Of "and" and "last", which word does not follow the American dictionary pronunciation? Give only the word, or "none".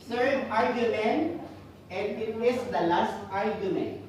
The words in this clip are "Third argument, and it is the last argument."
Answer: none